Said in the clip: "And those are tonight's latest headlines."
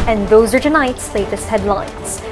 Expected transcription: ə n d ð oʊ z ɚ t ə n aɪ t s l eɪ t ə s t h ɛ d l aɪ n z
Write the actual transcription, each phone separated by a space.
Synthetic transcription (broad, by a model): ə n ð oʊ z ɚ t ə n aɪ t s l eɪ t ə s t h ɛ d l aɪ n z